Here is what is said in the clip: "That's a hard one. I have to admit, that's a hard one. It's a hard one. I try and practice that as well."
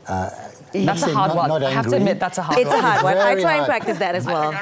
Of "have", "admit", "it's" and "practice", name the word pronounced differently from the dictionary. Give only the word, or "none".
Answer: have